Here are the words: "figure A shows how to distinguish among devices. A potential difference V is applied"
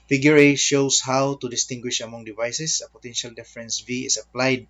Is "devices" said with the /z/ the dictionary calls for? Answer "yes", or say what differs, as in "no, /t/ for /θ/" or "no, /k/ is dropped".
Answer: no, /s/ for /z/